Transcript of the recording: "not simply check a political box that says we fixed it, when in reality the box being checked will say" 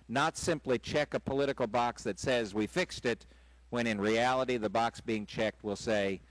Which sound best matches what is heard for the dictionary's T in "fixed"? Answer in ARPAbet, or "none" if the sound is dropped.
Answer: T